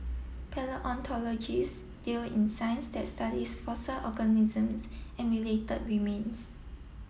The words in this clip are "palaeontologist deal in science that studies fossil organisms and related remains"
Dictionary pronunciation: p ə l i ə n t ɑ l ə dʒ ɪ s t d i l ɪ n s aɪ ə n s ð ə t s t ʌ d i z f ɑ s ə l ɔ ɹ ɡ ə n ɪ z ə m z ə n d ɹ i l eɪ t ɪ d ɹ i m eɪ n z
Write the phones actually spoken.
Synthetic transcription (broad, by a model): p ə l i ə n t ɑ l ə dʒ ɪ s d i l ɪ n s aɪ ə n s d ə t s t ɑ d i s f ɑ s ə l ɔ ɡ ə n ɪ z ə m s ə n ɹ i l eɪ t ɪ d w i m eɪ n s